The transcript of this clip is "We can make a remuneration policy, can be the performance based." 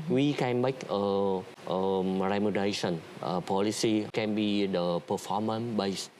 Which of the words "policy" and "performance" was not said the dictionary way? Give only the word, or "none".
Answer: performance